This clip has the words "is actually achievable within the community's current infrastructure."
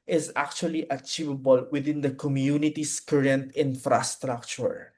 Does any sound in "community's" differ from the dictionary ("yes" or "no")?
yes